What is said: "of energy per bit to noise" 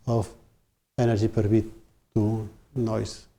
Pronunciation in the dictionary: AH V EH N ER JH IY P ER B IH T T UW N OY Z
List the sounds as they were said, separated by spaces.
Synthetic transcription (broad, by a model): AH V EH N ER ZH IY P ER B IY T T UW N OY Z